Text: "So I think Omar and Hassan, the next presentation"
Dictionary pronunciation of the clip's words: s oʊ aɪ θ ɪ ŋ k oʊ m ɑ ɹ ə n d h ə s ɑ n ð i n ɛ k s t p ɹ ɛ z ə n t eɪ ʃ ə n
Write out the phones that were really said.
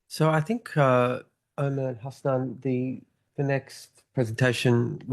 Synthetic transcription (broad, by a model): s oʊ aɪ θ ɪ ŋ k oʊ ɑ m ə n h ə s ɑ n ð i n ɛ k s t p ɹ ɛ z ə n t eɪ ʃ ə n